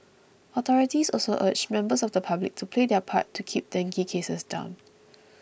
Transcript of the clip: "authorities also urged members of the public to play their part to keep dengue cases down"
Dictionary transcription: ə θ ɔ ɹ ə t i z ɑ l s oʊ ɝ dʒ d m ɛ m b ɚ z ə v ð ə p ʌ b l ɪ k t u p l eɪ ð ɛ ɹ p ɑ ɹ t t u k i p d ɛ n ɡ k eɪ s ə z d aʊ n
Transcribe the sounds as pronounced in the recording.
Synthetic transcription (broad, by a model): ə t ɔ ɹ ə t i s ɑ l s oʊ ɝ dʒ m ɛ m b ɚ s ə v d ə p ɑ b l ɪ k t u p l eɪ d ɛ p ɑ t t u k i p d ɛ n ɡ k eɪ s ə s d aʊ n